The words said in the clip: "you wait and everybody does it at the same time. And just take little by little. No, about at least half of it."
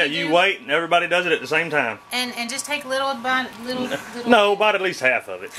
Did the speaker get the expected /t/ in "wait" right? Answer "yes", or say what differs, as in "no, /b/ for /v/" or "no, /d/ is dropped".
yes